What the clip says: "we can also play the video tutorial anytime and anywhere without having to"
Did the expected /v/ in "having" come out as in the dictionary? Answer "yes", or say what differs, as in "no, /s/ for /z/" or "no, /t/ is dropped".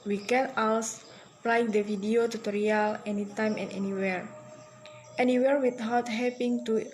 no, /p/ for /v/